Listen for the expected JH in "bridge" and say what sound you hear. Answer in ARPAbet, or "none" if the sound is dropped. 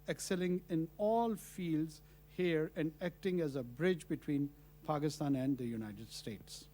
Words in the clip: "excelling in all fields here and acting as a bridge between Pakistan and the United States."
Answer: JH